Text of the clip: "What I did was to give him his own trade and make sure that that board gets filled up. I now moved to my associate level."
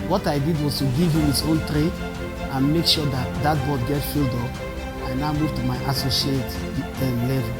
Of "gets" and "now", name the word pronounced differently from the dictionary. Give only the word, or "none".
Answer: gets